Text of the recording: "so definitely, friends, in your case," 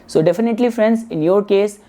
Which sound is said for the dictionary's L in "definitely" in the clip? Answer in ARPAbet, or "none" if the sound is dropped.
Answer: L